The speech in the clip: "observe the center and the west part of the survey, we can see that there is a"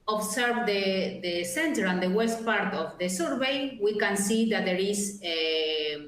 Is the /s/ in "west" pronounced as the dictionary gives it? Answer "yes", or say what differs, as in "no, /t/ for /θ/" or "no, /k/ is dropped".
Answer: yes